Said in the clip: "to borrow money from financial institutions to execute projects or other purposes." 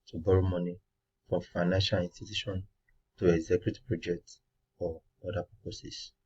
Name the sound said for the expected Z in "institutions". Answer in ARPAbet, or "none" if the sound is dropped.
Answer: none